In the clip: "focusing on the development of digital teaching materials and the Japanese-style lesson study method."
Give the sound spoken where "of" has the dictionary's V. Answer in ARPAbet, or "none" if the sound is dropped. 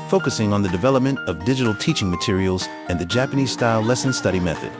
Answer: V